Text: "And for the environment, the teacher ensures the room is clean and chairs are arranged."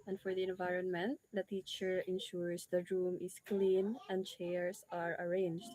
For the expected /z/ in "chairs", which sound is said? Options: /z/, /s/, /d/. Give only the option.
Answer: /s/